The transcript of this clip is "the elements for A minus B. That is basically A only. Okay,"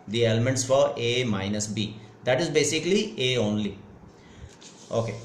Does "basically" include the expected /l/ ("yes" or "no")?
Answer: yes